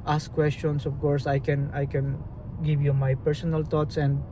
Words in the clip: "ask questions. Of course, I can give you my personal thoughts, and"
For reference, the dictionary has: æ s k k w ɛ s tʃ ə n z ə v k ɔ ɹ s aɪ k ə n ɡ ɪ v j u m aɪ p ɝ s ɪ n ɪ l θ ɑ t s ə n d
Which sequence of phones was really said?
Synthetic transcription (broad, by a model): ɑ s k k w ɛ s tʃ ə n s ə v k ɔ ɹ s aɪ k ə n ɡ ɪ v j u m aɪ p ɝ s ɪ n ɪ l t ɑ t s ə n d